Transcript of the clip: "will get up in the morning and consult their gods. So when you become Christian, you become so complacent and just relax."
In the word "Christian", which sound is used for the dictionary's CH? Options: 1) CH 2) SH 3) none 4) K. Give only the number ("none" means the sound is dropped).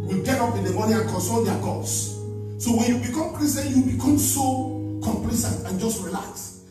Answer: 3